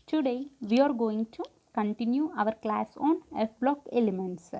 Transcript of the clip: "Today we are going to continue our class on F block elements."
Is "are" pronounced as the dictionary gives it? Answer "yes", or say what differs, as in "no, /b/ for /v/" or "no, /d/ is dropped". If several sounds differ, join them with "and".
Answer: yes